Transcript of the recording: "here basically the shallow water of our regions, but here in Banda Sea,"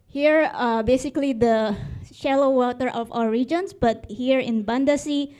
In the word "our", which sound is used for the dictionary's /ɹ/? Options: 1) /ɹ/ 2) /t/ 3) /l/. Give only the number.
3